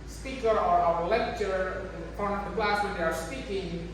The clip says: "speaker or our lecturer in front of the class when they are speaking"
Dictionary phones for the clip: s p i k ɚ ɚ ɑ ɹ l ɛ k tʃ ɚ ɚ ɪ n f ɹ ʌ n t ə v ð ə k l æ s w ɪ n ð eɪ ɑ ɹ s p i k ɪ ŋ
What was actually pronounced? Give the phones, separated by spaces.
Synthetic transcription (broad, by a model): s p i k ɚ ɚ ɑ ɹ l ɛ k tʃ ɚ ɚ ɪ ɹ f ʌ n ə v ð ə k l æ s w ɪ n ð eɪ ɑ ɹ s p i k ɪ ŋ